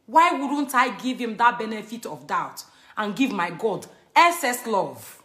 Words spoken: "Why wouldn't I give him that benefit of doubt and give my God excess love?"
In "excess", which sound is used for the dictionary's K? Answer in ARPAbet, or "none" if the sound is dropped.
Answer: none